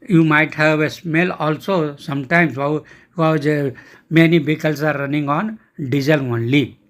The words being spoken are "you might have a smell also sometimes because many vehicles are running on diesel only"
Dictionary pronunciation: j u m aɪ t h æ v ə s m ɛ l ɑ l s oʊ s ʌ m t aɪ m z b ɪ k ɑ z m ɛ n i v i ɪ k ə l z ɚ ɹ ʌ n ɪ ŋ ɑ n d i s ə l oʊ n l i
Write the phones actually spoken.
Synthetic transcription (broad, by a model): j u m aɪ t h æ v ə s m ɛ l ɑ l s oʊ s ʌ m t aɪ m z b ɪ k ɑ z m ɛ n i b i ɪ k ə l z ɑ ɹ ʌ n ɪ ŋ ɑ n d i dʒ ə l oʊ n l i